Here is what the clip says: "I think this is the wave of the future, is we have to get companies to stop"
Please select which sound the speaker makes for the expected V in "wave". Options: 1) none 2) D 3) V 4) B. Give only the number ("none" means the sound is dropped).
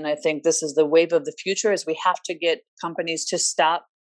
3